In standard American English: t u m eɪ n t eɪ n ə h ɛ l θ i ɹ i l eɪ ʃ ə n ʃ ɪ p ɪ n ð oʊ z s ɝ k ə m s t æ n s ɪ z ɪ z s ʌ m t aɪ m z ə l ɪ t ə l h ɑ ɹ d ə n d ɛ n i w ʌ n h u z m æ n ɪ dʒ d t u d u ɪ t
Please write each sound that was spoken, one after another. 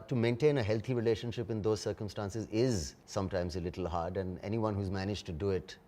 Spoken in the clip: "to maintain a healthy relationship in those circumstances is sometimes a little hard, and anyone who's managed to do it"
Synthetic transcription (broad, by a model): t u m eɪ n t eɪ n ə h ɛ l t i ɹ i l eɪ ʃ ə n ʃ ɪ p ɪ n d oʊ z s ɝ k ə m s t æ n s ɪ z ɪ z s ʌ m t aɪ m z ə l ɪ t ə l h ɑ ɹ d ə n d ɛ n i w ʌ n h u z m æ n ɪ dʒ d t u d u ɪ t